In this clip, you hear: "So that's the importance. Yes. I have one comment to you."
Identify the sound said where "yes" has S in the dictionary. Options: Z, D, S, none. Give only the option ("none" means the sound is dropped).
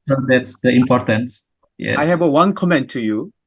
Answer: none